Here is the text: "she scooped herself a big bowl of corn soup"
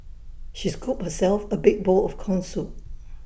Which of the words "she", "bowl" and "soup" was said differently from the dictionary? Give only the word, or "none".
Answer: soup